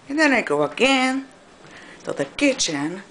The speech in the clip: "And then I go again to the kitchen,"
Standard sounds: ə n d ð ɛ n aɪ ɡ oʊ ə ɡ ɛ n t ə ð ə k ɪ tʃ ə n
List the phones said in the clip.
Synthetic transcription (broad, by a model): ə n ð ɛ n aɪ ɡ oʊ ə ɡ ɛ n s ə ð ə k ɪ tʃ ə n